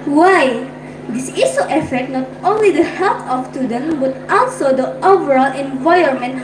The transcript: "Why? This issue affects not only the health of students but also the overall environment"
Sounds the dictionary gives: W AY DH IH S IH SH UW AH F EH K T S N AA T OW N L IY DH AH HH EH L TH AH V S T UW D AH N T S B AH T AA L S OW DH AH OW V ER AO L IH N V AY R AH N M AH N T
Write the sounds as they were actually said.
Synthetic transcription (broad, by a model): W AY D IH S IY S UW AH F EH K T N AA T OW N L IY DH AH HH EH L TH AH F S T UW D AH N B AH T AA L S OW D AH OW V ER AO L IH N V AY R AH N M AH N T